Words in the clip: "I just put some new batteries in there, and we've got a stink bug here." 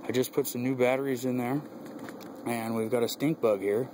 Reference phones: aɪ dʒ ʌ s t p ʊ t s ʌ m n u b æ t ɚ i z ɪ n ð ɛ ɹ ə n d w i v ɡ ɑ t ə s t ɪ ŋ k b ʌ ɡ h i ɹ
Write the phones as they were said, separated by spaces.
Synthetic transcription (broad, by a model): aɪ dʒ ʌ s p ʊ t s ʌ m n u b æ t ɚ i z ɪ n ð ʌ ɹ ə n w i v ɡ ɑ t ə s t ɪ ŋ k b ʌ ɡ h i ɹ